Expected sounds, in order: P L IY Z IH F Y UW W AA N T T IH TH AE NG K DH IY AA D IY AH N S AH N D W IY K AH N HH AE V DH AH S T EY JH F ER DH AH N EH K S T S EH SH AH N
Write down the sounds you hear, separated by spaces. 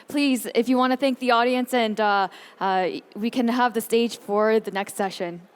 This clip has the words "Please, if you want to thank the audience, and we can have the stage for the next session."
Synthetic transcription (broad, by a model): P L IY Z IH F Y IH W AA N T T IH TH AE NG K DH IY AA D IY AH N S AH N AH W IY K AH N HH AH V DH AH S T EY JH F ER DH AH N EH K S T S EH SH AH N